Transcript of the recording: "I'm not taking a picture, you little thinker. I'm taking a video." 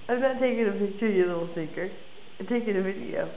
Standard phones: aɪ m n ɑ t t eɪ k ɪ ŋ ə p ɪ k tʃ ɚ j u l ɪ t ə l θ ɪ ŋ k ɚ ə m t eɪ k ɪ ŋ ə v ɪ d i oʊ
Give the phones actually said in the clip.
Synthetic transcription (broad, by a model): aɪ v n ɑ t t eɪ k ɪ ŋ ə p ɪ k tʃ ɚ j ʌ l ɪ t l s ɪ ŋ k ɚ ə t eɪ k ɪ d ə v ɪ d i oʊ